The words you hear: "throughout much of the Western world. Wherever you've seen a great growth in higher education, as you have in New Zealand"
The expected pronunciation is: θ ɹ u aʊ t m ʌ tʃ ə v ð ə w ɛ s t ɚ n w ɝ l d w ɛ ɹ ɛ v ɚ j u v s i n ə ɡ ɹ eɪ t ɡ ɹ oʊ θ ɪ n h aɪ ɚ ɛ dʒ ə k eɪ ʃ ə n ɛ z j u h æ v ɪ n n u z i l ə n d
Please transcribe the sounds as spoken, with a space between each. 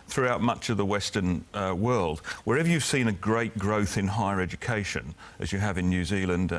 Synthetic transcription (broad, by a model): θ ɹ u aʊ t m ʌ tʃ ə v ð ə w ɛ s t ɚ n w ɝ l d w ɛ ɹ ɛ v ɚ j u v s i n ə ɡ ɹ eɪ t ɡ ɹ oʊ θ ɪ n h aɪ ɚ ɛ dʒ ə k eɪ ʃ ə n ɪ z j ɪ v ɪ n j u z i l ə n d